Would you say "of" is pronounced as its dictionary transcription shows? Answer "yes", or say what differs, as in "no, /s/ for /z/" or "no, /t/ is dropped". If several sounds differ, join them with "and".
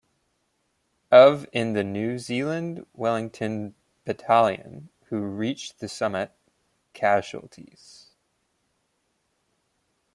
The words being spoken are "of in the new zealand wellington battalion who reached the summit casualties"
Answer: yes